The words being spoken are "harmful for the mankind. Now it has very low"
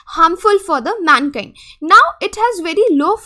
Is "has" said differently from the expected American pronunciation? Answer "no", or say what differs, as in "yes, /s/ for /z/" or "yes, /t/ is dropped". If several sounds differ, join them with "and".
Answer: no